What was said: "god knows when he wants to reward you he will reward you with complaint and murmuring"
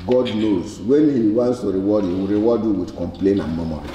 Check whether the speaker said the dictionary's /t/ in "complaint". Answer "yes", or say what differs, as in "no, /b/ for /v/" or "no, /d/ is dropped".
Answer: no, /t/ is dropped